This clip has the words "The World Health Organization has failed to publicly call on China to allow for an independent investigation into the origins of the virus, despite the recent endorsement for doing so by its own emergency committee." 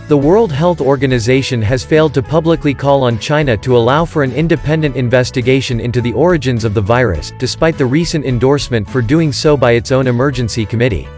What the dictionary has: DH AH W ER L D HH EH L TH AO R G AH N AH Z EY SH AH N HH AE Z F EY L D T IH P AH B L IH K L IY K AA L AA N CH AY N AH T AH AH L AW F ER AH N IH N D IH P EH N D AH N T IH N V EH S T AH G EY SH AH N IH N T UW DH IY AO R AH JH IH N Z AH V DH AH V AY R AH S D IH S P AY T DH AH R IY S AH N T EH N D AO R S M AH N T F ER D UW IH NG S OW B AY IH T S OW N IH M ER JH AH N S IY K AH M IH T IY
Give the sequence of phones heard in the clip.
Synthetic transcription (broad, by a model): DH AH W ER L D HH EH L TH AO R G AH N AH Z EY SH AH N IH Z F EY L D T IH P AH B L IH K L IY K AA L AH N CH AY N AH T AH AH L AW F ER AH N IH N D IH P EH N D AH N T IH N V EH S T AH G EY SH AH N IH N T UW DH IY AO R AH JH IH N Z AH V DH AH V AY R AH S D IH S P AY T DH AH R IY S AH N T EH N D AO R S M AH N T F ER D UW IH NG S OW B AY IH T S OW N IH M ER JH AH N S IY K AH M IH T IY